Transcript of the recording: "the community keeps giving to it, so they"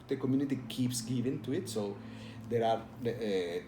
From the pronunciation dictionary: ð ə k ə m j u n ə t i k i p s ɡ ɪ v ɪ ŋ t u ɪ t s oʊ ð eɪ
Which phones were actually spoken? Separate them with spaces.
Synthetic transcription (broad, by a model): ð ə k ə m j u n ə t i k i p s ɡ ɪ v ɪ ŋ t u ɪ t s oʊ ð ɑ